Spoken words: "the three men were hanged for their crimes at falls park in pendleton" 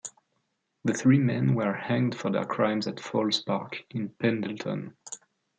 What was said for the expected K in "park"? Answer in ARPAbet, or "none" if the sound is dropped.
K